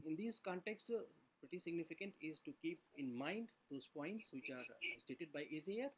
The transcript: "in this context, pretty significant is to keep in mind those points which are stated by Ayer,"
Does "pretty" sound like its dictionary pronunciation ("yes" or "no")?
yes